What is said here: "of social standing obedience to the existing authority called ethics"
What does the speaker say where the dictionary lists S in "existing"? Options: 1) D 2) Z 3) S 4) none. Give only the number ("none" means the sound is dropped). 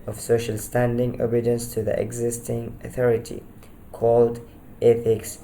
3